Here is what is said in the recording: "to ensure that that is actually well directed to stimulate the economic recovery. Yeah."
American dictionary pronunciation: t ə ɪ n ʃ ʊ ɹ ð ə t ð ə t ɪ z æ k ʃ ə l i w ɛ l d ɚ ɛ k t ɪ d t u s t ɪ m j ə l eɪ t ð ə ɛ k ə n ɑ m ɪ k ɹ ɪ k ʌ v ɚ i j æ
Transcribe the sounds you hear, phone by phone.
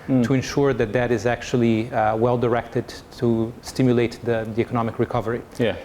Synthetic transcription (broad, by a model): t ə ɪ n ʃ ʊ ɹ ð ə t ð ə t ɪ z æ k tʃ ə l i w ɛ l d ɚ ɛ k t ɪ d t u s t ɪ m j ə l eɪ t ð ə ɛ k ə n ɑ m ɪ k ɹ ɪ k ʌ v ɚ i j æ